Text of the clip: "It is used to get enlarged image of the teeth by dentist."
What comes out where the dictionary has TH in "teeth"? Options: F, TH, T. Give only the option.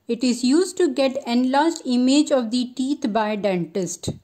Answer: T